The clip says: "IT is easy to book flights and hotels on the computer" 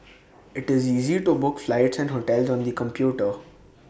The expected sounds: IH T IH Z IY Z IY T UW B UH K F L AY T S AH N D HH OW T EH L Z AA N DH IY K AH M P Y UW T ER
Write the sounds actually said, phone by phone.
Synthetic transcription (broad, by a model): IH T IH Z IY Z IY T UW B UH K F L AY T S AH N D HH OW T EH L Z AA N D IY K AH M P Y UW T ER